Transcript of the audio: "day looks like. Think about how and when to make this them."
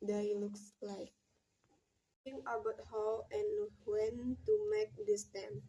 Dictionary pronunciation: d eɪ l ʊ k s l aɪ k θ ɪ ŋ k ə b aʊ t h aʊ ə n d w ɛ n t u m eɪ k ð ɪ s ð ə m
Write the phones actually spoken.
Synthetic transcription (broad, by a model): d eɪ l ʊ k s l aɪ k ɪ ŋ ə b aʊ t h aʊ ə n w ɛ n t u m eɪ k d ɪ s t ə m